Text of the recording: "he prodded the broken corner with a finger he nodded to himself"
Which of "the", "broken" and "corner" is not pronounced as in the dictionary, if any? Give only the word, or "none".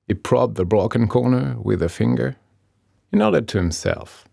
broken